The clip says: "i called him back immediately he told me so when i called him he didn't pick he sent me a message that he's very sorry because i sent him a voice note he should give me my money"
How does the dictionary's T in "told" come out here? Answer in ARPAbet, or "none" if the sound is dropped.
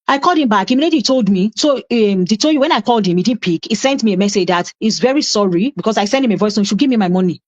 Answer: S